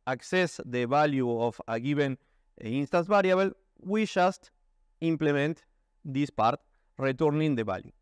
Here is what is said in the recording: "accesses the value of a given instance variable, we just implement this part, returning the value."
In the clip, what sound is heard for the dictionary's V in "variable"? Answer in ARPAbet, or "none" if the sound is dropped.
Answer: B